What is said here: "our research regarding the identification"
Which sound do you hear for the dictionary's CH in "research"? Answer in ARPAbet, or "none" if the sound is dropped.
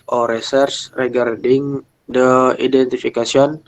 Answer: S